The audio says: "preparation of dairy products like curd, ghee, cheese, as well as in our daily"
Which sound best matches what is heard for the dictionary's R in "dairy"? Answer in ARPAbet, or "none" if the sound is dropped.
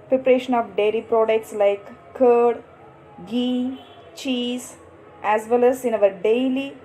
L